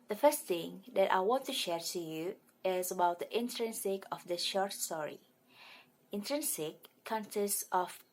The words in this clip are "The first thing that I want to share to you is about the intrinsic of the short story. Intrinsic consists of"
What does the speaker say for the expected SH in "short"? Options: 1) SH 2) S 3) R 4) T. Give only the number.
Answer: 1